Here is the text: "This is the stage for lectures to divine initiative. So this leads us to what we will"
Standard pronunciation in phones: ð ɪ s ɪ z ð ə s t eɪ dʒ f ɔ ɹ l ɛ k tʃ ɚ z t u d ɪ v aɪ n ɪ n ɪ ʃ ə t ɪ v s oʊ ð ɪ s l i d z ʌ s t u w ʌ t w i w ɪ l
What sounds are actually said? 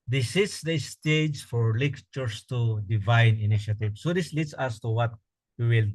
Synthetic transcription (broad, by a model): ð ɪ s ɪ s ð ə s t eɪ dʒ f ɔ ɹ l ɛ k tʃ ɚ s t u d ɪ v aɪ n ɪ n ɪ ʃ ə t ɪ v s oʊ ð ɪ s l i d s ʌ s t u w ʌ t w i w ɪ l